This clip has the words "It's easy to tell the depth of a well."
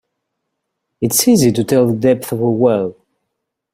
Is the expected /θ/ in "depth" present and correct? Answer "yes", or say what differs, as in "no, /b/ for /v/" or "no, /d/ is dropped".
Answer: yes